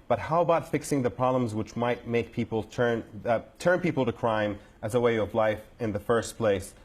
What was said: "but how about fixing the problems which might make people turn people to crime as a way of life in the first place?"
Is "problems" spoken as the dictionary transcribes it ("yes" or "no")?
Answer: yes